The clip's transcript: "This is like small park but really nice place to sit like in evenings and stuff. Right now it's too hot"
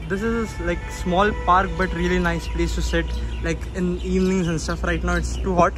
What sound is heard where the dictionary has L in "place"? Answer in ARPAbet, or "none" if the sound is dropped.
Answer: L